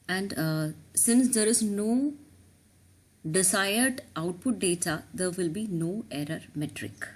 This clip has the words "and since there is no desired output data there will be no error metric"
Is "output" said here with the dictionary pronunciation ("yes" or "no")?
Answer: yes